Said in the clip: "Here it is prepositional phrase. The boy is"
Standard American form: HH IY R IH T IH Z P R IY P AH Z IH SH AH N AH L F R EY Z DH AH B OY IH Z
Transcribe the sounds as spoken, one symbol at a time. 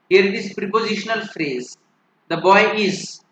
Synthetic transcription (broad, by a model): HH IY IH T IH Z P R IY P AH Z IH SH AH N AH L F R EY Z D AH B OY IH Z